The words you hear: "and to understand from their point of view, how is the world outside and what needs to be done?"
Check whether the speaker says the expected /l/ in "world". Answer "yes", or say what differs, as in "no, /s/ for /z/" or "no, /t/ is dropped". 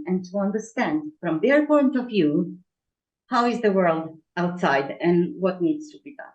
yes